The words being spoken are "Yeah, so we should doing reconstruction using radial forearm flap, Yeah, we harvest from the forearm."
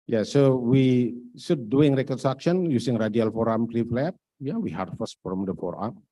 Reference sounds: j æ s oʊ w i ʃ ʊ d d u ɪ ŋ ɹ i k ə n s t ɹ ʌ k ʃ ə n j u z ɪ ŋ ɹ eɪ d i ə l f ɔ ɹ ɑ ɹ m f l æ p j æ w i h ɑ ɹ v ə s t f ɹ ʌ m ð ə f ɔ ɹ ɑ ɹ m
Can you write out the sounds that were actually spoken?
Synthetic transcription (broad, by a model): j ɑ s oʊ w i s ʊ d d u ɪ ŋ ɹ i k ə n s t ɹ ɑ k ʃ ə n j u s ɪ ŋ ɹ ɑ d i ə l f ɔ ɹ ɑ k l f l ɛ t j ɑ w i h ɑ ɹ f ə s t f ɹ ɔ m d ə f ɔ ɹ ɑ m